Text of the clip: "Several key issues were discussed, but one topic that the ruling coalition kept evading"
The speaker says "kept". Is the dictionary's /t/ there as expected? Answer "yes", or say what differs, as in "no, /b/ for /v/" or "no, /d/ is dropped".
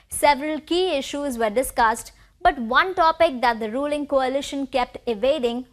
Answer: yes